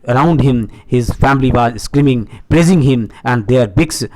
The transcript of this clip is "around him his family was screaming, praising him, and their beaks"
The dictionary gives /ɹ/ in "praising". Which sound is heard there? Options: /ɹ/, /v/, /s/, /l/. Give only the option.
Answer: /l/